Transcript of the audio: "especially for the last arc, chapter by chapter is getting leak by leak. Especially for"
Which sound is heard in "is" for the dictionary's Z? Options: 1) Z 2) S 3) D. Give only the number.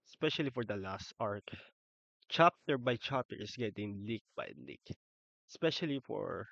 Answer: 2